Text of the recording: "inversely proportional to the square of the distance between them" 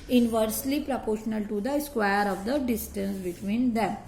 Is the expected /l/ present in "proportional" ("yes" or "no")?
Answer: yes